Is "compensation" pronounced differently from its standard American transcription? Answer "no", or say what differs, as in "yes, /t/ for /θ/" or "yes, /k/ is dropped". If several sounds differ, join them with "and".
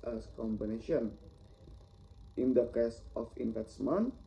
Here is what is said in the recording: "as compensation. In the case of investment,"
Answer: yes, /b/ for /p/ and /s/ is dropped